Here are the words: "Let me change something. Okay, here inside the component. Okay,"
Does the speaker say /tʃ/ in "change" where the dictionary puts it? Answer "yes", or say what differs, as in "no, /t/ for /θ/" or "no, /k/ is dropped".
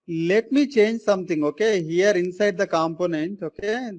yes